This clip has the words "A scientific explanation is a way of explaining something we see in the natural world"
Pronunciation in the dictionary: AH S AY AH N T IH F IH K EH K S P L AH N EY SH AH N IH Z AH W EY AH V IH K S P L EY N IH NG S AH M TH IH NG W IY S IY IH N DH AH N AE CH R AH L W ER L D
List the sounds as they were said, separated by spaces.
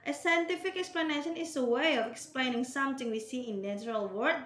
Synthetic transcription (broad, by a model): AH S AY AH N T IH F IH K EH K S P L AH N EY SH AH N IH S AH W EY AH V IH K S P L EY N IH NG S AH M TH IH NG W IY S IY IH N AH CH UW R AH L W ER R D